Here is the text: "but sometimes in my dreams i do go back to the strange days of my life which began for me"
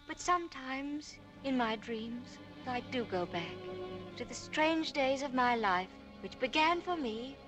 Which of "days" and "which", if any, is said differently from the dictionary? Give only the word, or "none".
none